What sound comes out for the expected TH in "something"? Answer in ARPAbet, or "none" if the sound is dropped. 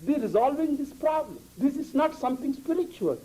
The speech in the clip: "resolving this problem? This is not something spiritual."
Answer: T